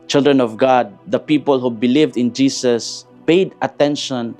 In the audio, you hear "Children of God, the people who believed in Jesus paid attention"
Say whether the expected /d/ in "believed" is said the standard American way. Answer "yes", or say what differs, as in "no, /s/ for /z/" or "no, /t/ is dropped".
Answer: yes